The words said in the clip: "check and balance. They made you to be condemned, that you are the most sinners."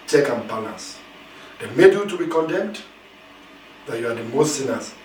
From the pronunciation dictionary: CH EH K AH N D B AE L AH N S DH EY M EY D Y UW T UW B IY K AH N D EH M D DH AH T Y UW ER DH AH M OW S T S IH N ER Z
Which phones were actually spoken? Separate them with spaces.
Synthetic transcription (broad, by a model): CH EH K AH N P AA N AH S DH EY M EY D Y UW T UW B IY K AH N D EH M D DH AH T Y UW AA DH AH M OW S T S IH N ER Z